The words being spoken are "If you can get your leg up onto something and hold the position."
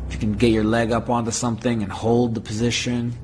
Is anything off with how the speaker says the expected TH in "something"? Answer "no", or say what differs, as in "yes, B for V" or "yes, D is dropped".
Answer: no